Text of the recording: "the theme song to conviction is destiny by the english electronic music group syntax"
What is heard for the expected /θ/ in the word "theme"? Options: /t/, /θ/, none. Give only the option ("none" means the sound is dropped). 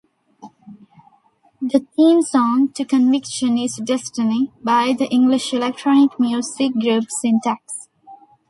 /t/